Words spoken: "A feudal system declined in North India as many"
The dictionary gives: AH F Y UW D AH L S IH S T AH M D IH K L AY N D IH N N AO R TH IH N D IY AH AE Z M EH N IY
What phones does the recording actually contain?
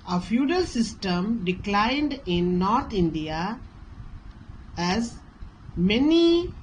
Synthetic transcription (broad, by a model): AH F Y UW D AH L S IH S T AH M D IH K L AY N D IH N N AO R T IH N D IY AH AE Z M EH N IY